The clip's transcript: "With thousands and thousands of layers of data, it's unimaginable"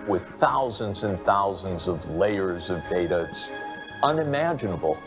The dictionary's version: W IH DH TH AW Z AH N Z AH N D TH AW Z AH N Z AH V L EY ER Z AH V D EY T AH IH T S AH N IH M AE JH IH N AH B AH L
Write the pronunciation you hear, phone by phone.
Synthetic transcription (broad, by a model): W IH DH TH AW Z AH N Z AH N TH AW Z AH N Z AH V L EY ER Z AH V D EY T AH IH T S AH N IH M AE JH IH N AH B L